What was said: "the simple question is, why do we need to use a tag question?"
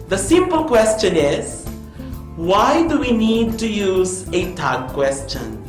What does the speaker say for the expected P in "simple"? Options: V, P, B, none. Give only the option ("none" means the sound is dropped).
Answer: P